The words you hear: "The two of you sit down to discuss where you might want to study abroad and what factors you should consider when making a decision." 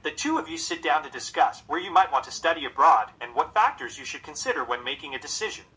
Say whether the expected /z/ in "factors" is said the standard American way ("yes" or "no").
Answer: yes